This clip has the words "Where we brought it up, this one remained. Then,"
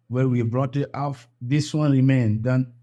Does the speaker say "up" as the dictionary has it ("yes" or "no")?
no